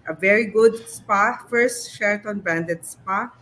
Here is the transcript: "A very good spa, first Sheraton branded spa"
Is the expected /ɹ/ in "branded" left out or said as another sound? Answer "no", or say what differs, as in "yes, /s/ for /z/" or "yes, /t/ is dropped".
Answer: yes, /ɹ/ is dropped